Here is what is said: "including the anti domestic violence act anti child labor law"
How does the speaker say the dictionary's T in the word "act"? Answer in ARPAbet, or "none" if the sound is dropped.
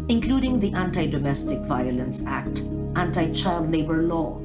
T